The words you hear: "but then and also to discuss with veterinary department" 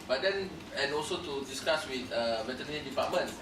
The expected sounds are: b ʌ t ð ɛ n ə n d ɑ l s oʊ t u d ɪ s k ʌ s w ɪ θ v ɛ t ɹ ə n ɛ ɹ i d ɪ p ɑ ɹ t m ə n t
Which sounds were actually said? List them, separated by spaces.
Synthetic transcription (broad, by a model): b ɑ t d ɛ n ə n ɑ l s oʊ t u d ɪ s k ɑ s w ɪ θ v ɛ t ə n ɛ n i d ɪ p ɑ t m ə n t